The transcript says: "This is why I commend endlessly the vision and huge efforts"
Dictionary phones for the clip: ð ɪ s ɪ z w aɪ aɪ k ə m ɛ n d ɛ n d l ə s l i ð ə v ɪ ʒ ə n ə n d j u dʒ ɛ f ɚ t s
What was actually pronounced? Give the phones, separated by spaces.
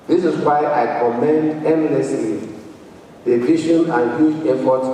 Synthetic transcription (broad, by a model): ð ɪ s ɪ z w aɪ aɪ k ə m ɛ n d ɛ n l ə s l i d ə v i ʃ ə n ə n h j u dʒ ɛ f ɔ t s